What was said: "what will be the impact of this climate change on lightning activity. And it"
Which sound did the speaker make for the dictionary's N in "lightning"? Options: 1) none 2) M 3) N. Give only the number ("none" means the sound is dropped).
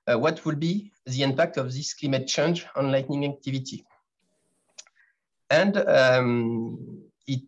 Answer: 3